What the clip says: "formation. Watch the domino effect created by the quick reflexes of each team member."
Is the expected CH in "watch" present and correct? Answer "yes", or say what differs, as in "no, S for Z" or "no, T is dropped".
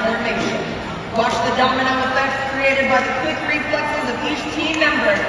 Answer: no, SH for CH